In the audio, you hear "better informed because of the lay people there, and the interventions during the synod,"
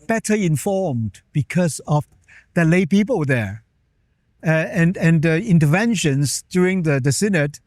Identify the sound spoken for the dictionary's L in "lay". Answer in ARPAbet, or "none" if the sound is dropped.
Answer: L